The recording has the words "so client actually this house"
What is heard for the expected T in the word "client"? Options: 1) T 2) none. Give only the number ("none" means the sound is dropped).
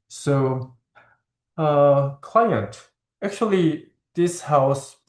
1